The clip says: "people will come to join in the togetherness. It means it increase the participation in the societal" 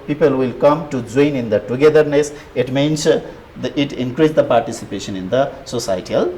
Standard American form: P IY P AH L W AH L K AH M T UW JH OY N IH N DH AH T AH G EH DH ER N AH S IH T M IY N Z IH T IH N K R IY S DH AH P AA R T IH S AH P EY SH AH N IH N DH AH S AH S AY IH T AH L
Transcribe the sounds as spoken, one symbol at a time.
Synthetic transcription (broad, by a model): P IY P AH L W AH L K AH M T UW JH OY N IH N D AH T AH G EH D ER N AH S IH T M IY N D IH T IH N K R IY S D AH P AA R T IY S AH P EY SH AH N IH N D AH S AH S AY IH T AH L